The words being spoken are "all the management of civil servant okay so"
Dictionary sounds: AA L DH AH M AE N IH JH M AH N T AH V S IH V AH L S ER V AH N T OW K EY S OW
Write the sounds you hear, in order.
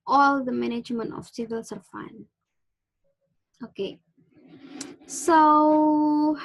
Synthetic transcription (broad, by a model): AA L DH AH M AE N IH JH M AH N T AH F S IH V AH L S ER F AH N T OW K EY S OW